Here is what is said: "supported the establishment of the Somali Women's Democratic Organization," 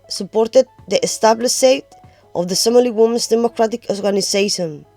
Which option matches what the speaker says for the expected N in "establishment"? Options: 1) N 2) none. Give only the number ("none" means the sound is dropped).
2